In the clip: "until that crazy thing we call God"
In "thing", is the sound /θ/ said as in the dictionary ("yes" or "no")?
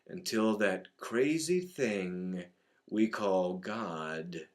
yes